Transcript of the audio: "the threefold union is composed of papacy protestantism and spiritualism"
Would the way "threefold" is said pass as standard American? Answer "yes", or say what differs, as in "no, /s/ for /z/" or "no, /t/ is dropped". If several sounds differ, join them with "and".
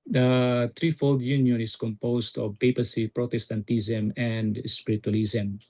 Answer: no, /t/ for /θ/